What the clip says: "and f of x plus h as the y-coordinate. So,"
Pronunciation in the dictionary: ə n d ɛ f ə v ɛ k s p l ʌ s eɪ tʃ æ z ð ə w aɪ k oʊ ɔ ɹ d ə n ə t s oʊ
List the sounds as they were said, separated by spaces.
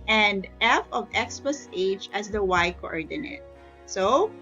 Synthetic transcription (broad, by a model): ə n d ɛ f ə v ɛ k s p ʌ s eɪ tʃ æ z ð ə w aɪ k oʊ ɔ ɹ d ə n ə t s oʊ